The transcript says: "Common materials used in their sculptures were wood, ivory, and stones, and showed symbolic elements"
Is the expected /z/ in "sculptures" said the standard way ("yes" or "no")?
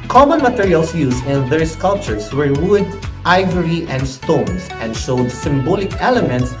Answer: no